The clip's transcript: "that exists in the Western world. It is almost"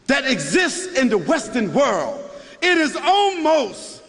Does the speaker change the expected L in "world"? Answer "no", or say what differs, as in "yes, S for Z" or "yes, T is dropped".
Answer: no